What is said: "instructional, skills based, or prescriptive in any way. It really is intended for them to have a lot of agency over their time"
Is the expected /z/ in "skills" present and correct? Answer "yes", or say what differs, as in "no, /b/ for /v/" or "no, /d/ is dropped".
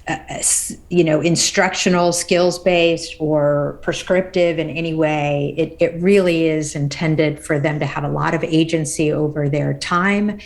yes